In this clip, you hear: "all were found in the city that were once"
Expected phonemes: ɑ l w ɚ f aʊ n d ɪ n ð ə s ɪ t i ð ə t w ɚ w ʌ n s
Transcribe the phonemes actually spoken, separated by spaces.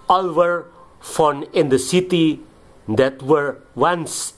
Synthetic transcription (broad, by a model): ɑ l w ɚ f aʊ n ɪ n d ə s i t i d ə t w ɚ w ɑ n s